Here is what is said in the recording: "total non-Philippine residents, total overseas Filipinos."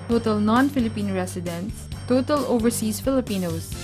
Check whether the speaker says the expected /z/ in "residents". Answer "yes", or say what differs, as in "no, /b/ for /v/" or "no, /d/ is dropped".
no, /s/ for /z/